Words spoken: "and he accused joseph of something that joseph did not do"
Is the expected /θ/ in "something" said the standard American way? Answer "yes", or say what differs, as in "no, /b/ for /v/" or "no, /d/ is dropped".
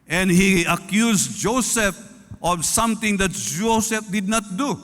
no, /t/ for /θ/